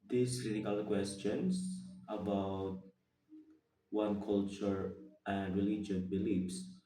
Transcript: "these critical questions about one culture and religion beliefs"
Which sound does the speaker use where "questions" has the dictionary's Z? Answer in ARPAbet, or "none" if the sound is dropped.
S